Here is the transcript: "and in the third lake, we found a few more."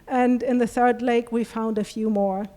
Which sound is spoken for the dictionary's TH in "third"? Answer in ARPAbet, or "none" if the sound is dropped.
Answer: TH